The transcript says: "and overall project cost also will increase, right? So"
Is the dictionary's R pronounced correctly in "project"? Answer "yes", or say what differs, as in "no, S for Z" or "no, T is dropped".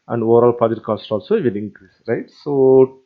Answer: no, R is dropped